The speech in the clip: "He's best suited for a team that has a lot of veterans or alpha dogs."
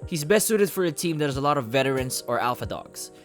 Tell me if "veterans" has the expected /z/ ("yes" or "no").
no